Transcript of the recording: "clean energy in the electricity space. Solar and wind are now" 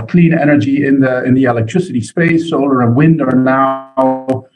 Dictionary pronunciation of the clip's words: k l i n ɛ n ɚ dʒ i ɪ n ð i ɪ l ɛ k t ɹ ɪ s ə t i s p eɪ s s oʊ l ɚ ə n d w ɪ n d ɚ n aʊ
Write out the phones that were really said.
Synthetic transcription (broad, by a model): k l i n ɛ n ɚ dʒ i ɪ n ð i ɪ l ɛ k t ɹ ɪ s ə t i s p eɪ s s oʊ l ɚ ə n w ɪ n d ɚ n aʊ